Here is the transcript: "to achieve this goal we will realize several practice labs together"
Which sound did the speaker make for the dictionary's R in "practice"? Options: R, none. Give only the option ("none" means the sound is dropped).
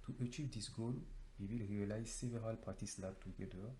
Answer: none